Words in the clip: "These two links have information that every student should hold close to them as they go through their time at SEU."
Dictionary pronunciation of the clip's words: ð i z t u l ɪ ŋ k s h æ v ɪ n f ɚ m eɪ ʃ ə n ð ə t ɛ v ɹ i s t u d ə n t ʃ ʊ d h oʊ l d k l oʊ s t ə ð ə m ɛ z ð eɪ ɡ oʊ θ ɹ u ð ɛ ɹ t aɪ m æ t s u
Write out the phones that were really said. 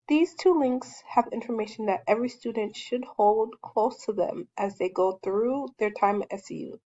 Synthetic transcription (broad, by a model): ð i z t u l ɪ ŋ k s h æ v ɪ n f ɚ m eɪ ʃ n ð ə t ɛ v ɹ i s t u d n t ʃ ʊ d h oʊ l d k l oʊ s t ə ð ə m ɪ z ð eɪ ɡ oʊ θ ɹ u ð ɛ ɹ t aɪ m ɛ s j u